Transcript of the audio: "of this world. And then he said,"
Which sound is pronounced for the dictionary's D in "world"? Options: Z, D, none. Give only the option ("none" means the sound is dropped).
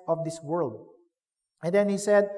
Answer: D